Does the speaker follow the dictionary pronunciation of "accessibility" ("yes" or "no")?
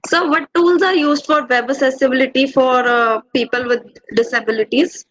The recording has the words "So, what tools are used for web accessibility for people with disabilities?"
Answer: no